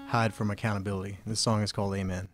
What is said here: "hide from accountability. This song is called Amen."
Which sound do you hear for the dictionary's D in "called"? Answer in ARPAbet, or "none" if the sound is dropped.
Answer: D